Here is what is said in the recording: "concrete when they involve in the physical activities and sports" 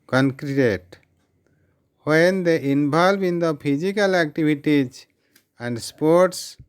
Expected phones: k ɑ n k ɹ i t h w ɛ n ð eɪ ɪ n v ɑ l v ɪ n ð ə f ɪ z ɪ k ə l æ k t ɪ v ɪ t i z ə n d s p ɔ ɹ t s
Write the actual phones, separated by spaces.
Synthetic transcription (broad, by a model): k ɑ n k ɹ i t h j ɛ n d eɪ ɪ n b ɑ l b ɪ n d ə p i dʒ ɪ k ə l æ k t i b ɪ t i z ə n d s p ɔ ɹ t s